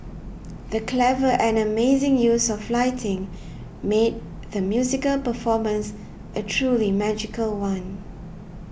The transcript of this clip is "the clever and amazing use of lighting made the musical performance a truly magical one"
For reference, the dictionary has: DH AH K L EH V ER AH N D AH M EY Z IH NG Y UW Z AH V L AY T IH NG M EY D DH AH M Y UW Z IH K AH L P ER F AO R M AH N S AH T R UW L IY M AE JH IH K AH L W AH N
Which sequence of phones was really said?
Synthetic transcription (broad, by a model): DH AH K L EH V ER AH N AH M EY Z IH NG Y UW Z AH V L AY T IH NG M EY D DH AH M Y UW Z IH K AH L P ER F AO M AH N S AH T R UW L IY M AE JH IH K AH L W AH N